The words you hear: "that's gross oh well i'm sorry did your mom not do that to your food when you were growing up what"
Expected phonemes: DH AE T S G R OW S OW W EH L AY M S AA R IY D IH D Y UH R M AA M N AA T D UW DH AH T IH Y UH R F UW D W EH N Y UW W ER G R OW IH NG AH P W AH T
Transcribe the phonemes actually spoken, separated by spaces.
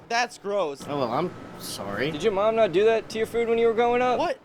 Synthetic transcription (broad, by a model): DH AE T S G R OW S OW W EH L AY M S AA R IY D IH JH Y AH R M AA M N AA T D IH DH AH T IH Y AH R F UW D W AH N Y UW W ER G OW IH NG AH P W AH T